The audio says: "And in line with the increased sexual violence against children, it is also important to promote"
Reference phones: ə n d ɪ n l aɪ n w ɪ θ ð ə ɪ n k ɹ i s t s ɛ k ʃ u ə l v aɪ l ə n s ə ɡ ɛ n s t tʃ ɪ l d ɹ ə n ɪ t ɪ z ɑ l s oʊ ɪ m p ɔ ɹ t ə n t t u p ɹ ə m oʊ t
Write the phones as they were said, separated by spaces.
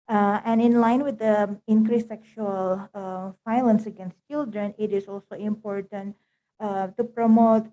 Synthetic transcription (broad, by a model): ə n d ɪ n l aɪ n w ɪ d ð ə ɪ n k ɹ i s s ɛ k ʃ u ə l f aɪ l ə n s ə ɡ ɛ n s t tʃ ɪ l d ɹ ə n ɪ t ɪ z ɑ l s oʊ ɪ m p ɔ ɹ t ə n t t u p ɹ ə m oʊ t